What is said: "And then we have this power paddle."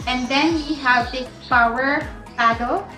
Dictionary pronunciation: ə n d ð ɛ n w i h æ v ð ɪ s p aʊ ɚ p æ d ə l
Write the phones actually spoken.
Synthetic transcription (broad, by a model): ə n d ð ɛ n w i h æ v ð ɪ p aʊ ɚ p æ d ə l